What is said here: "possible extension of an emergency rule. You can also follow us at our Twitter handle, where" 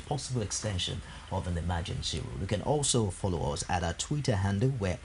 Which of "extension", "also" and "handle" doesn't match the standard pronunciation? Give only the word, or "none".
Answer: none